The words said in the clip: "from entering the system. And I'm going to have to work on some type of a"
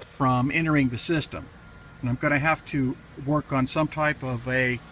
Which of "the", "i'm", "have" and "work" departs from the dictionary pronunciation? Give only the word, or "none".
have